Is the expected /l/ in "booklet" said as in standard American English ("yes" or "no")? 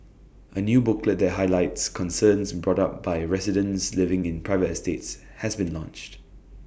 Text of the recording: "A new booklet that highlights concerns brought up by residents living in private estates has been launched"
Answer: yes